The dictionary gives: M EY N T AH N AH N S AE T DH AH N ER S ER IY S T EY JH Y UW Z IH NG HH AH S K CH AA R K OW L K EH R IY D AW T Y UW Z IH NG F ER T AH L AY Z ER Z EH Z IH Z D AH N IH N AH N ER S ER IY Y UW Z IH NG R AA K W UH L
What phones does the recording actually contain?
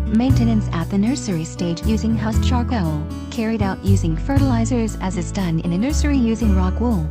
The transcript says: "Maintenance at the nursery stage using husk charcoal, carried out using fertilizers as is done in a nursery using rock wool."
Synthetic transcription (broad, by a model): M EY N T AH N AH N S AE T DH AH N ER S ER IY S T EY JH Y UW Z IH NG HH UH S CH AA R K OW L K EH R IY D AW T Y UW Z IH NG F ER T AH L AY Z ER Z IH Z IH Z D AH N IH N AH N ER S ER IY Y UW Z IH NG R AA K W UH L